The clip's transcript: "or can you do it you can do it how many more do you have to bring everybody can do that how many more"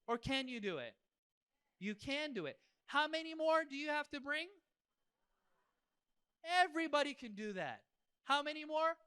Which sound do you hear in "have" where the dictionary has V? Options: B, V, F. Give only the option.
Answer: F